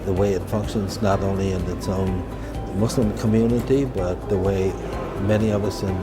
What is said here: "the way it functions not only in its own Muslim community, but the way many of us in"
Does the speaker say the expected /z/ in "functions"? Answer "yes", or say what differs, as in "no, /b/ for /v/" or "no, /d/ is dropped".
yes